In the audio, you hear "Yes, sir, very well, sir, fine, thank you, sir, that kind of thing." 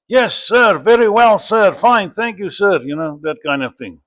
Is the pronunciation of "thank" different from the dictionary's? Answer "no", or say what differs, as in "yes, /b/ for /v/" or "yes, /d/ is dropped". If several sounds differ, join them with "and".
no